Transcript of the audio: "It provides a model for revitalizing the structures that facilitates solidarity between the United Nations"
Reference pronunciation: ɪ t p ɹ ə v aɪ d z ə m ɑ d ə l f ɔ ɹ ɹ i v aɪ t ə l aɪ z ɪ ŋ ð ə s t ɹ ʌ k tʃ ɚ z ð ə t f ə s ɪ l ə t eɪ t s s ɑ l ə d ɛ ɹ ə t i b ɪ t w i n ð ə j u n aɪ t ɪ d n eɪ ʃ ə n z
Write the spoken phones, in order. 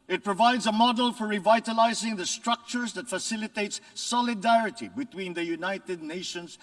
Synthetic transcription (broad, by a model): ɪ t p ɹ ə v aɪ d z ə m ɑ d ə l f ɔ ɹ ɹ i v aɪ t ə l aɪ z ɪ ŋ ð ə s t ɹ ʌ k tʃ ɚ z ð ə t f ə s ɪ l ə t eɪ t s s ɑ l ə d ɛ ɹ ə t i b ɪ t w i n ð ə j u n aɪ t ɪ d n eɪ ʃ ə n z